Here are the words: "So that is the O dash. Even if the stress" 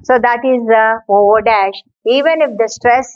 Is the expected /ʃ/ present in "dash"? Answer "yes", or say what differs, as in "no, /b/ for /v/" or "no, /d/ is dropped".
yes